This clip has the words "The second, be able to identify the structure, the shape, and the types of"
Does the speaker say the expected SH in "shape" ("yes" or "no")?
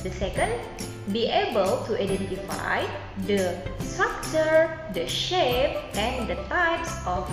yes